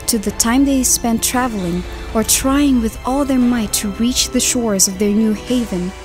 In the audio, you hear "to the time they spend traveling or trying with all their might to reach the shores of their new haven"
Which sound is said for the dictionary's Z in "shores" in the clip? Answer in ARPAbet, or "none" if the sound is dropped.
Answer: Z